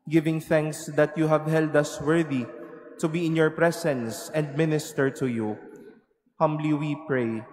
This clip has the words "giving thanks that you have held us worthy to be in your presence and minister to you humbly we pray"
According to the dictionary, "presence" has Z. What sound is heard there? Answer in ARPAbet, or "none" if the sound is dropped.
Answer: S